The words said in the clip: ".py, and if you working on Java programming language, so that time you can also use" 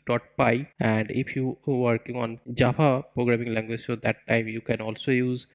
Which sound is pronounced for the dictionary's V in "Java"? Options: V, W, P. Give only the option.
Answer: P